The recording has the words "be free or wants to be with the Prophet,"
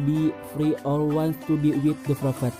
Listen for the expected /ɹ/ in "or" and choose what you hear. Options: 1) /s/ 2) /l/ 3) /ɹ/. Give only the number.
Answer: 2